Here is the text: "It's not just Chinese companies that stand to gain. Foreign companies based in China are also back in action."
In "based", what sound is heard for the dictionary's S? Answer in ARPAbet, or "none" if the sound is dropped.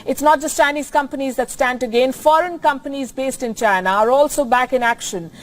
S